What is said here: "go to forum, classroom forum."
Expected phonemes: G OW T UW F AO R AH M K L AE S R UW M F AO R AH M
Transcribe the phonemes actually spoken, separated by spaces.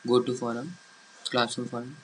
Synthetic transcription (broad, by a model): G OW T UW F AO R AH M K L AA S UW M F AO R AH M